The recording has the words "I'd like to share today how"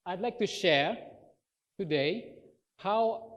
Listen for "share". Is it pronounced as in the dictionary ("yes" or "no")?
yes